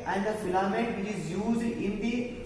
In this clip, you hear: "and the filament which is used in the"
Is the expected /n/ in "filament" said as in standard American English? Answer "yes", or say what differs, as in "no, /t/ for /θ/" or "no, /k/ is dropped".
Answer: no, /n/ is dropped